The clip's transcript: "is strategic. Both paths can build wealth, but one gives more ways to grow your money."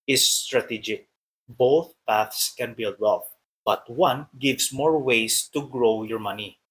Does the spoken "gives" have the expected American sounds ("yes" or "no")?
no